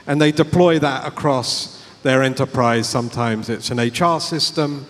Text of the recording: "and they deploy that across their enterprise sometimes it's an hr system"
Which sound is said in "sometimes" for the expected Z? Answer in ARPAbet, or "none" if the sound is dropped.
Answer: Z